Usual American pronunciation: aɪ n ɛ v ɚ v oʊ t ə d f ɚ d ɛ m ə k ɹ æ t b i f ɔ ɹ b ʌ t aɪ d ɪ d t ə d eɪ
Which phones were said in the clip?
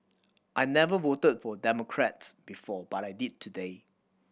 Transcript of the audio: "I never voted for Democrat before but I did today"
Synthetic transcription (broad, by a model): aɪ n ɛ v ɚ w oʊ t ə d f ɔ d ɛ m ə k ɹ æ t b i f ɔ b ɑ t aɪ d ɪ d t ə d eɪ